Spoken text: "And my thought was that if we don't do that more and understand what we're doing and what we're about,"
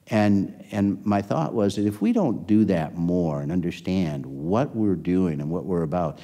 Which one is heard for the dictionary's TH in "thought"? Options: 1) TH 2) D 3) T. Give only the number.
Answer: 1